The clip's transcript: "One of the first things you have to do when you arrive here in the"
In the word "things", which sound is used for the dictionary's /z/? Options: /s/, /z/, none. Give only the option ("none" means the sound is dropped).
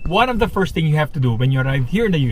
none